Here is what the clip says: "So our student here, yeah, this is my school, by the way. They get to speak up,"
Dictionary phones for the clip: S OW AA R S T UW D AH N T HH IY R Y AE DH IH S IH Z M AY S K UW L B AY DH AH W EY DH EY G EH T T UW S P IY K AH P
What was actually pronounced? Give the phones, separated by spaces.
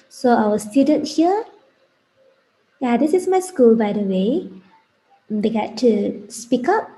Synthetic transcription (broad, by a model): S OW AA W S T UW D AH N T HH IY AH Y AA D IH S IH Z M AY S K UW L B AY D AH W EY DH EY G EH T T UW S P IY K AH P